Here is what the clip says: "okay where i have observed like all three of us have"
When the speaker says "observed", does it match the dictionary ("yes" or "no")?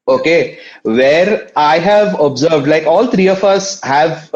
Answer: yes